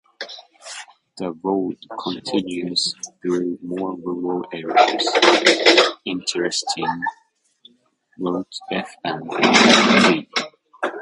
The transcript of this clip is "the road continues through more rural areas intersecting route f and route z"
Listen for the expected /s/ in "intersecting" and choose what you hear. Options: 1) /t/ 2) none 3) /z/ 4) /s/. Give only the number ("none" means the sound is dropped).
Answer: 2